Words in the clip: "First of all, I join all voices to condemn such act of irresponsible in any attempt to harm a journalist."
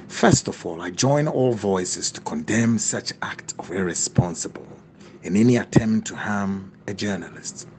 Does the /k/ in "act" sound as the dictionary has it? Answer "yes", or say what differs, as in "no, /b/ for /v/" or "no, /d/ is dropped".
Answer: yes